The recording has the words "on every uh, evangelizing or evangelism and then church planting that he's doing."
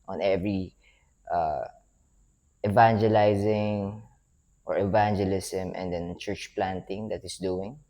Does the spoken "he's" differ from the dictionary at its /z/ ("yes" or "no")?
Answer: yes